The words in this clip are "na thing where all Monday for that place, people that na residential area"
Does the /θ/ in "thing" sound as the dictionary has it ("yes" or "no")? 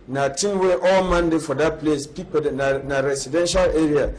no